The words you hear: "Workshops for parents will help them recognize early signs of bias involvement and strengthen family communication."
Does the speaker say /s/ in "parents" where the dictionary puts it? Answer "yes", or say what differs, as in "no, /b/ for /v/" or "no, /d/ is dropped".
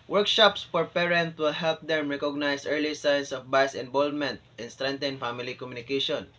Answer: no, /s/ is dropped